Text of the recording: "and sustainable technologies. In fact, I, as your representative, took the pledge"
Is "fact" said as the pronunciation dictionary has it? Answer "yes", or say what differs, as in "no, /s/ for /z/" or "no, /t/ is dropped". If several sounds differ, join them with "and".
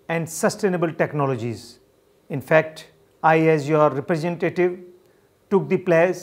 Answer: yes